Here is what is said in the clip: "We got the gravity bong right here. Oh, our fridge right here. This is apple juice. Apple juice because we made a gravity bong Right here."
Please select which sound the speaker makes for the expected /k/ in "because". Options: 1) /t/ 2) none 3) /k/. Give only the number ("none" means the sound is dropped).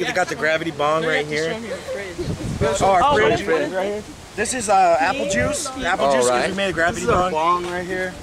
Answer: 2